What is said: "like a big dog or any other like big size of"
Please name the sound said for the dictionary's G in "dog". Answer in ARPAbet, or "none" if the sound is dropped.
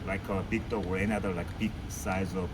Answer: none